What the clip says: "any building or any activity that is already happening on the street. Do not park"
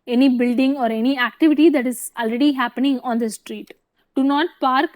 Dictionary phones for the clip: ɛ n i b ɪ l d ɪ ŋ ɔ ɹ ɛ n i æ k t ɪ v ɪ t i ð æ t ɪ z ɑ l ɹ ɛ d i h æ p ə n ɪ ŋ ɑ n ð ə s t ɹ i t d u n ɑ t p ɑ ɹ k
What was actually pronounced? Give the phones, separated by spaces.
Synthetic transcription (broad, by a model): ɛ n i b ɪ l d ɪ ŋ ɔ ɹ ɛ n i æ k t ɪ v ɪ t i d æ t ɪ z ɑ l ɹ ɛ d i h æ p ə n ɪ ŋ ɑ n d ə s t ɹ i t d u n ɑ t p ɑ ɹ k